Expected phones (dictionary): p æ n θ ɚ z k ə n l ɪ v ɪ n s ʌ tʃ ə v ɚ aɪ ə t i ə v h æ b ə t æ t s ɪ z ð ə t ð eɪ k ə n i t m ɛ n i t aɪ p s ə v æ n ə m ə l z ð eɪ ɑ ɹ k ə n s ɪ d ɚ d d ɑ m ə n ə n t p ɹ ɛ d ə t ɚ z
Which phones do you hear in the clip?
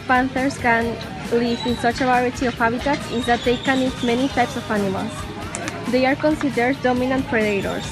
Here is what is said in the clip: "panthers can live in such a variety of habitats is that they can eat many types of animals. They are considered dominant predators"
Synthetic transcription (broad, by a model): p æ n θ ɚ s k ə n l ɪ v ɪ n s ʌ tʃ ə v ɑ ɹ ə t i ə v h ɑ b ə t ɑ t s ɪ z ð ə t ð eɪ k ə n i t m ɛ n i t aɪ p s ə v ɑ n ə m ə l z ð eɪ ɑ ɹ k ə n s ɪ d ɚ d d ɑ m ə n ə n t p ɹ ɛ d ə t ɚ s